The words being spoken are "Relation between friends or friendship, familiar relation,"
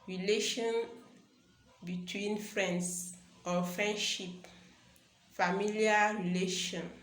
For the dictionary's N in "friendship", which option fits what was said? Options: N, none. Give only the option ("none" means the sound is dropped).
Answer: N